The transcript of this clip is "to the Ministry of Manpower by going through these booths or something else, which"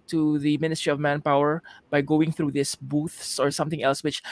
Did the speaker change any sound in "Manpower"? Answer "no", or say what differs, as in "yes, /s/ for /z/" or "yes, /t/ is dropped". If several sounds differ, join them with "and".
no